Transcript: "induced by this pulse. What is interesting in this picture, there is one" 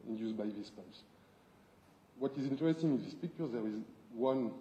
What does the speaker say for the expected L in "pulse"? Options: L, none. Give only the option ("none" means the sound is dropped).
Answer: none